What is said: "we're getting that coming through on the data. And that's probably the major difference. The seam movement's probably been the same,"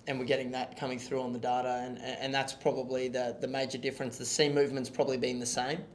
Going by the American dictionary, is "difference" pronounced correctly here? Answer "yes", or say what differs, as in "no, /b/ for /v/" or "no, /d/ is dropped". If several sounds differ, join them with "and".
yes